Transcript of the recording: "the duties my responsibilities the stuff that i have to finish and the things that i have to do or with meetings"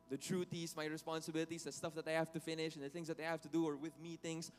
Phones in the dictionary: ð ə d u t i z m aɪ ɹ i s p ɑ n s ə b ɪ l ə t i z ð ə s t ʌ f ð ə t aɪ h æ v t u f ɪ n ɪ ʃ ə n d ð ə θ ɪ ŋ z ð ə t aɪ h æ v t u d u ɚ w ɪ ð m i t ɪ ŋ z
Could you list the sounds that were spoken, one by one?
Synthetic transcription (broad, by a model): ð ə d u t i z m aɪ ɹ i s p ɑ n s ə b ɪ l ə t i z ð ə s t ʌ f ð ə t aɪ h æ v t u f ɪ n ɪ ʃ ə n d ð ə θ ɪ ŋ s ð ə t aɪ h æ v t u d u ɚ w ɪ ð m i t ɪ ŋ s